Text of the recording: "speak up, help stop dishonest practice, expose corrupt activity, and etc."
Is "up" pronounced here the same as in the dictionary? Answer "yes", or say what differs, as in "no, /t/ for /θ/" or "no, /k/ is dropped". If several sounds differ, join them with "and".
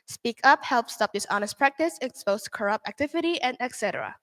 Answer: yes